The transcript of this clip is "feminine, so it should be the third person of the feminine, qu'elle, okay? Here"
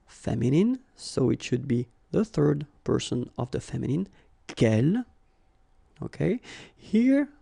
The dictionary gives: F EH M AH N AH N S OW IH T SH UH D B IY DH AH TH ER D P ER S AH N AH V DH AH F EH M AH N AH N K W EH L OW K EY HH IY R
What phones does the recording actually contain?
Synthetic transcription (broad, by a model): F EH M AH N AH N S OW IH T SH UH D B IY DH AH TH ER D P ER S AH N AH V DH AH F EH M AH N AH N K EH L OW K EY HH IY R